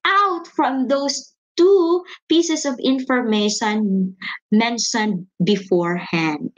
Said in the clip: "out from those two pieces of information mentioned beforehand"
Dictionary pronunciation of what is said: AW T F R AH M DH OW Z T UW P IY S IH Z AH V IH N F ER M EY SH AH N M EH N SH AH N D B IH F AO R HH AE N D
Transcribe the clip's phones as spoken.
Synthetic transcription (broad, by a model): AW T F R AH M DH OW S T UW P IY S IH S AH V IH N F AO M EY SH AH N M EH N SH AH N D B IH F AO R HH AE N D